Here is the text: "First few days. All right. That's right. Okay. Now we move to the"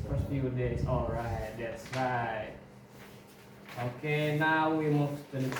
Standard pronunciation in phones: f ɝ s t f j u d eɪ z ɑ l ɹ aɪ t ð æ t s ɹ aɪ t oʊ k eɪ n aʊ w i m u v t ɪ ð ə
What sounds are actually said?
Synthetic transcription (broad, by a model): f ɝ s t f j u d eɪ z ɑ l ɹ aɪ t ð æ t s ɹ aɪ t oʊ k eɪ n aʊ w i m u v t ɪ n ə